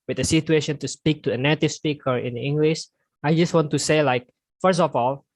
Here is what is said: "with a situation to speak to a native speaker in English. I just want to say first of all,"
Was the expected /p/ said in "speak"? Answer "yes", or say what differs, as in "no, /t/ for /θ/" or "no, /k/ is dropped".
yes